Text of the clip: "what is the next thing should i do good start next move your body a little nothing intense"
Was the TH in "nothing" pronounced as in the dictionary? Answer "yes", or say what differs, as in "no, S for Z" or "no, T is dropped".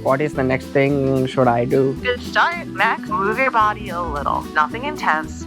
yes